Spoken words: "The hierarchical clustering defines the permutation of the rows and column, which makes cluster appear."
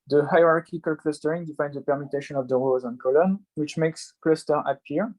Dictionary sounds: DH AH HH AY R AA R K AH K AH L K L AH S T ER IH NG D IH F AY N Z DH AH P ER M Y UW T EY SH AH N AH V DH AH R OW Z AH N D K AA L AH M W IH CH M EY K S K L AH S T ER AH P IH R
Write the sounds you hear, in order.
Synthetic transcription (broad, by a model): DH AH HH AY R AA R K AH K AH L K L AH S T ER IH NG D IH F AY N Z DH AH P ER M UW T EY SH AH N AH V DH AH R OW Z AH N K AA L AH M W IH CH M EY K S K L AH S T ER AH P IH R